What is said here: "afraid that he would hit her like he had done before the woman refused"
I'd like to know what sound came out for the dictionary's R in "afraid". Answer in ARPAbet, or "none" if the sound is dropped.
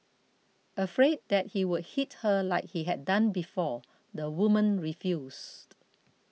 R